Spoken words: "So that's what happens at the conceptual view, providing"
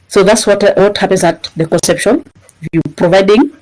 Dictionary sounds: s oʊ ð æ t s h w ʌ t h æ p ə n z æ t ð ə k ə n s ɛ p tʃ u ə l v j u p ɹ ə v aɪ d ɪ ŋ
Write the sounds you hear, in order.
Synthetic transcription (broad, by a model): s oʊ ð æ t s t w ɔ t h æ p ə n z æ t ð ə k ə n s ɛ p ʃ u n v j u p ɹ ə v aɪ d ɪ ŋ